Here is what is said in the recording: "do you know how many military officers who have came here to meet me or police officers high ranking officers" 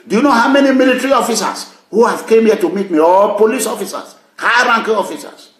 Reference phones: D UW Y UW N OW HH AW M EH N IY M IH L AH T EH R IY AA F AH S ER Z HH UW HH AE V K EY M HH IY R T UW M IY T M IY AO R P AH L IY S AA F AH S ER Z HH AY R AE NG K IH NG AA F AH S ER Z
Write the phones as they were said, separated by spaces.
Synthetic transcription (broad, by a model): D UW Y UW N OW HH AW M EH N IY M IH L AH T R IY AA F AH S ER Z HH UW HH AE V K EY M HH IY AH T UW M IY T M IY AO L P AH L IY S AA F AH S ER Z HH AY R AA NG K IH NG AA F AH S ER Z